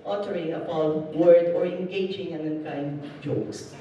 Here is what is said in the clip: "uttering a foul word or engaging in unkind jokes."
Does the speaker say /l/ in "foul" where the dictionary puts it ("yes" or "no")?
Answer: no